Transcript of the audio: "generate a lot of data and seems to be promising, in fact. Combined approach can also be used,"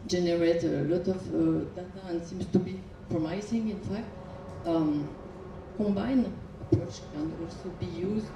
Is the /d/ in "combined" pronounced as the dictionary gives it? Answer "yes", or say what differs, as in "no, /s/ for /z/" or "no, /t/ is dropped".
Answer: no, /d/ is dropped